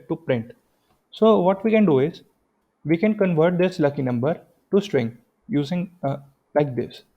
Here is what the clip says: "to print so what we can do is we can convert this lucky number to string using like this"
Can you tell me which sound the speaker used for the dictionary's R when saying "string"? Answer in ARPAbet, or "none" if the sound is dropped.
R